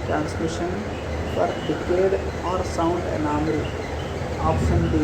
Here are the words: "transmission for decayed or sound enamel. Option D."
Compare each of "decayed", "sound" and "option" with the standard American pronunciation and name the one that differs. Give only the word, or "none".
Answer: option